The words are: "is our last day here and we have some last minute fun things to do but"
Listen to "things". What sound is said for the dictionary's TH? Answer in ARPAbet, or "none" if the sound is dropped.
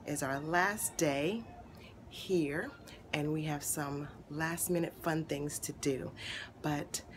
TH